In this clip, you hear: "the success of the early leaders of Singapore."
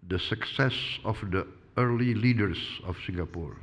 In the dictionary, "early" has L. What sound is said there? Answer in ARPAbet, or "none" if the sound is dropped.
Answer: L